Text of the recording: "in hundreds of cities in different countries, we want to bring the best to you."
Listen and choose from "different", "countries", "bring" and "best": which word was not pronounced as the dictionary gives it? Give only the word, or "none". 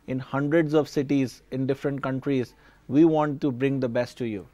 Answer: none